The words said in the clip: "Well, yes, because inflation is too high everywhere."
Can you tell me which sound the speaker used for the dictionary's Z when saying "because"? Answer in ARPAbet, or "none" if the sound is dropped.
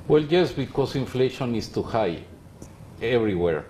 S